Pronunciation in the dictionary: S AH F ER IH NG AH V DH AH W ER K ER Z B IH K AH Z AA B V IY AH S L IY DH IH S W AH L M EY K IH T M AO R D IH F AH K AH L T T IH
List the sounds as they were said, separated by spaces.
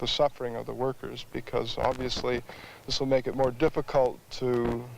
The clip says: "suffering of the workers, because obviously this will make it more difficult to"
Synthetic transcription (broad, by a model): S AH F ER IH NG AH V DH AH W ER K ER Z B IH K AH Z AA B V IY AH S L IY DH IH S W AH L M EY K IH T M AO R D IH F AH K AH L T T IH